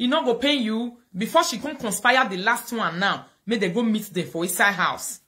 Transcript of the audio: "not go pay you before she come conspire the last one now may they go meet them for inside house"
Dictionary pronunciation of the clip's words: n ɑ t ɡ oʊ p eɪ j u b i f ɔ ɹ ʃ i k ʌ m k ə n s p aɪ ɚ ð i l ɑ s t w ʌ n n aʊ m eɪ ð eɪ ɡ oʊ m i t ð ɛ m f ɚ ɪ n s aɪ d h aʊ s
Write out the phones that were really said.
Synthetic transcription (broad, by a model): n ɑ ɡ oʊ p eɪ j u b i f ɔ ʃ i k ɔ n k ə n s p aɪ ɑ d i l ɑ s t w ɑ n n aʊ m eɪ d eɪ ɡ oʊ m i t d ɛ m f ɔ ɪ s aɪ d h aʊ s